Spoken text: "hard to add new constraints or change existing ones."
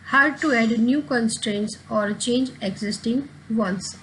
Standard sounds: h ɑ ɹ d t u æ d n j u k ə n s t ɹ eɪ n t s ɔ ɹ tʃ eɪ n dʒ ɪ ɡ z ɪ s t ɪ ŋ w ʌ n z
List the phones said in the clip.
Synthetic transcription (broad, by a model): h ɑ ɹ d t u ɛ d n j u k ə n s t ɹ eɪ n t s ɔ ɹ tʃ eɪ n dʒ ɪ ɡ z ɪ s t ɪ ŋ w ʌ n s